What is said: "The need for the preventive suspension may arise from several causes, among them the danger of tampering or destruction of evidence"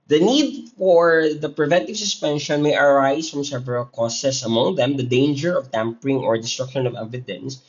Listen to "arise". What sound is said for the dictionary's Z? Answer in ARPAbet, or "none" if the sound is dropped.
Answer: S